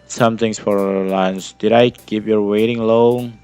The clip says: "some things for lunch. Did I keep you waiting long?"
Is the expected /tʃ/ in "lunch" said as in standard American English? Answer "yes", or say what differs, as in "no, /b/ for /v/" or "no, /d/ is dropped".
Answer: no, /s/ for /tʃ/